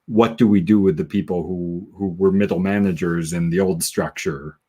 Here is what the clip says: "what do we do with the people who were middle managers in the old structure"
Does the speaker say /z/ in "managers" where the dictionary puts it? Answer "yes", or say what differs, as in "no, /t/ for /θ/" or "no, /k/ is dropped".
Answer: yes